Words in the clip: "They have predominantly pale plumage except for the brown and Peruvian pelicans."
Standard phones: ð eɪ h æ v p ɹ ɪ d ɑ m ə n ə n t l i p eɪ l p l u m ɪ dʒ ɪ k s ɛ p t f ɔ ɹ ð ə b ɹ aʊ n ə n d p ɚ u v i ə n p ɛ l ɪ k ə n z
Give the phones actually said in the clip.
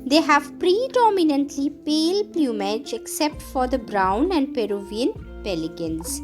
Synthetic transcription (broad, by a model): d eɪ h æ v p ɹ ɪ d ɑ m ə n ə n t l i p eɪ l p l u m ɪ dʒ ɪ k s ɛ p t f ɔ ɹ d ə b ɹ aʊ n ə n d p ɚ u v i ə n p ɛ l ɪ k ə n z